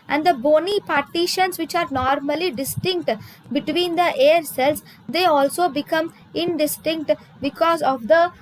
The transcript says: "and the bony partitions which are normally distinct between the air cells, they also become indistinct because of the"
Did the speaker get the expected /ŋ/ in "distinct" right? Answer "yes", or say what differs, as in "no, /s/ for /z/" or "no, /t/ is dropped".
yes